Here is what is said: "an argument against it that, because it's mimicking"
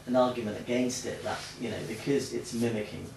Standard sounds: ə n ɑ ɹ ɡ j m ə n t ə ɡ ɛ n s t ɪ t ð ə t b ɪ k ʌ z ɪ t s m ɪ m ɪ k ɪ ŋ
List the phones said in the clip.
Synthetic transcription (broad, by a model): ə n ɑ ɡ j m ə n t ə ɡ ɛ n s t ɪ t ð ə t b ɪ k ʌ z ɪ t s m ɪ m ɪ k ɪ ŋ